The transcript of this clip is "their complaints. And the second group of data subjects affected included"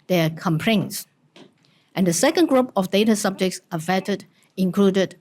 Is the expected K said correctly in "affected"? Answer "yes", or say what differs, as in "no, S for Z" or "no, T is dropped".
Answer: no, K is dropped